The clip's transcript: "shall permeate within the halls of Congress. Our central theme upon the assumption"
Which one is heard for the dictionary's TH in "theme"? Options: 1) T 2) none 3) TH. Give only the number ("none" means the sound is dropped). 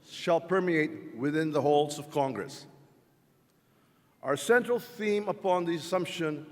3